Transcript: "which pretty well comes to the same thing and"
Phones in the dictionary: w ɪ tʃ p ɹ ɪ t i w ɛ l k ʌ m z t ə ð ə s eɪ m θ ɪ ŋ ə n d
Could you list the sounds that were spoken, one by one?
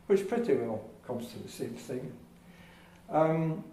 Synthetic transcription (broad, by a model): w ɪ tʃ p ɹ ɪ t i w ɛ l k ʌ m z t ə ð ə s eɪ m θ ɪ ŋ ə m